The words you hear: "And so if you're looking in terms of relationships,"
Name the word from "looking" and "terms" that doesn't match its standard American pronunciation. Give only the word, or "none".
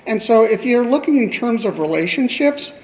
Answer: none